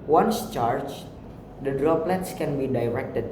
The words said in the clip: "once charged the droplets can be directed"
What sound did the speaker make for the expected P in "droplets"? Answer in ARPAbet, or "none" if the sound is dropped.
P